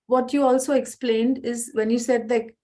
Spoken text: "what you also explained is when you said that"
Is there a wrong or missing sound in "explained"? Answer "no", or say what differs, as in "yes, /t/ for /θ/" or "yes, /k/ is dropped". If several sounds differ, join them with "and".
no